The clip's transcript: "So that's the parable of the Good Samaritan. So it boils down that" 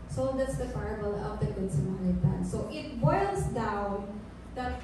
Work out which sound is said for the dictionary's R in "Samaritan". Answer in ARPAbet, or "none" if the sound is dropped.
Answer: L